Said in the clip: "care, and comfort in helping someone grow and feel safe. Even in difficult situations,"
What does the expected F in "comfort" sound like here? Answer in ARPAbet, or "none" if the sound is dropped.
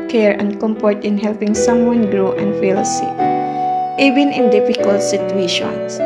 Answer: P